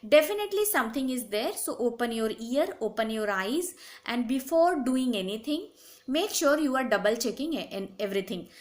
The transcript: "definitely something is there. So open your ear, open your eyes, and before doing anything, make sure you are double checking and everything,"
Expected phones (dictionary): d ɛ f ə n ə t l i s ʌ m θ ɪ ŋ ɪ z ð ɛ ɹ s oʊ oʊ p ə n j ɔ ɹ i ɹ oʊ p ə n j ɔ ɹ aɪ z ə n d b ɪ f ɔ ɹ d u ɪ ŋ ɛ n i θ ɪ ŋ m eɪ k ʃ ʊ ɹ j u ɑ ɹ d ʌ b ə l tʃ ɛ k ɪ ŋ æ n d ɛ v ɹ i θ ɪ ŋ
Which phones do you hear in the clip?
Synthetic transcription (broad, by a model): d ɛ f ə n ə t l i s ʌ m t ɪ ŋ ɪ z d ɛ ɹ s oʊ oʊ p ə n j ɔ ɹ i ɹ oʊ p ə n j ɔ ɹ aɪ z ə n d b ɪ f ɔ ɹ d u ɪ ŋ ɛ n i t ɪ ŋ m eɪ k ʃ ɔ ɹ j u ɑ ɹ d ʌ b ə l tʃ ɛ k ɪ ŋ n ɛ v ɹ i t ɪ ŋ